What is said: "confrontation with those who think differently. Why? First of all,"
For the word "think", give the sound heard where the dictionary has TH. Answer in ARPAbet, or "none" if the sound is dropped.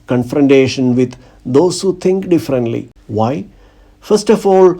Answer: T